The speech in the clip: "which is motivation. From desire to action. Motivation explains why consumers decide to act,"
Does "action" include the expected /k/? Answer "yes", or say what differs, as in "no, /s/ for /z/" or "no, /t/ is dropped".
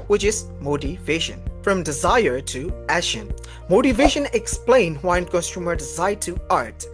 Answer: no, /k/ is dropped